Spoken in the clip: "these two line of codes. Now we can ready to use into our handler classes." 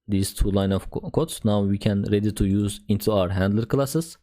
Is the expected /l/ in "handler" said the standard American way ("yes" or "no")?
yes